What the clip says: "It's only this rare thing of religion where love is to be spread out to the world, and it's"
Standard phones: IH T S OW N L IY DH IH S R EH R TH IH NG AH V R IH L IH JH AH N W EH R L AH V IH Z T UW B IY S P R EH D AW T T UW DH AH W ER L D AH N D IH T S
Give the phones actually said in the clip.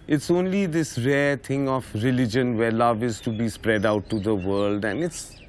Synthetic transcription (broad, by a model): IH T S OW N L IY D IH S R EH R T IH NG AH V R IH L IH JH AH N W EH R L AH V IH Z T UW B IY S P R EH D AW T T UW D AH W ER L D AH N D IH T S